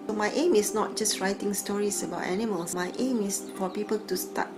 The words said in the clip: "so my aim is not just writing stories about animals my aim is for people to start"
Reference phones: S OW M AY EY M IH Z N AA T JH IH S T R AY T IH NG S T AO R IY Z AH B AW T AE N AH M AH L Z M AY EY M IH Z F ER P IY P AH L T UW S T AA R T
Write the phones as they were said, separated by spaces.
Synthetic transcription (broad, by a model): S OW M AY EY M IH S N AA T JH IH S T R AY T IH NG S T AO R IY S AH B AW T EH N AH M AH L S M AY EY M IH S F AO P IY P AH L T UW S T AA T